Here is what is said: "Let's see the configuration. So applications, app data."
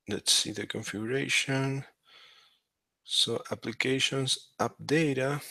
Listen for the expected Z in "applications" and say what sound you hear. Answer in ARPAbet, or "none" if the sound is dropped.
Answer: S